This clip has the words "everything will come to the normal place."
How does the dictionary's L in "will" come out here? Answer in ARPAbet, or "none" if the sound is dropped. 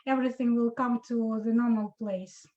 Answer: L